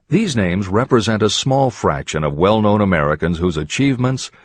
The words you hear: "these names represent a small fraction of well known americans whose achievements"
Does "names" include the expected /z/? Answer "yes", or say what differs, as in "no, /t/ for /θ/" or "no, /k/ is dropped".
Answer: yes